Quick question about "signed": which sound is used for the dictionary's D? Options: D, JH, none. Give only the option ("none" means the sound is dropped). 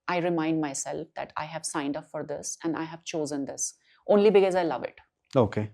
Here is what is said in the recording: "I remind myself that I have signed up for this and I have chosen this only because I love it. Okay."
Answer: D